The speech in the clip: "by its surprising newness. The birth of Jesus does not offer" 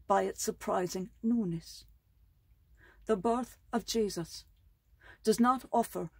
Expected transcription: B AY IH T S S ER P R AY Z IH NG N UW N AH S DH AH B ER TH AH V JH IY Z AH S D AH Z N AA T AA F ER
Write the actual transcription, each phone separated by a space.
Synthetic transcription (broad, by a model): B AY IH T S S ER P R AY Z IH NG N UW N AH S DH AH B ER TH AH V JH IY Z AH S D AH Z N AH T AA F ER